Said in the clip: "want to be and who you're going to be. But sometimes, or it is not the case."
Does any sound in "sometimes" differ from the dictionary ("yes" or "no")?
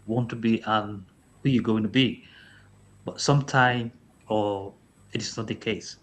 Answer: yes